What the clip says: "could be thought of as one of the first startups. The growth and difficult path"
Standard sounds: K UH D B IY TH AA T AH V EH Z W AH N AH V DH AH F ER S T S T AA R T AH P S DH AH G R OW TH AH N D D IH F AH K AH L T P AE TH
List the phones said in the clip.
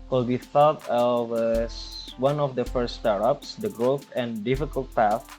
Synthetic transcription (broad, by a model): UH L B IY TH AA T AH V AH S W AH N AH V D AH F ER S T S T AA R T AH P S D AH G R OW TH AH N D D IH F AH K AH L T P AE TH